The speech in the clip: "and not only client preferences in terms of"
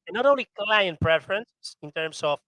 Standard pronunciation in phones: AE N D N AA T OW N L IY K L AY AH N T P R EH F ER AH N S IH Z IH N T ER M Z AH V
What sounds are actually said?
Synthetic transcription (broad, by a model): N N AA T OW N L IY K L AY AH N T P R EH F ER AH N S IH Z IH N T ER M S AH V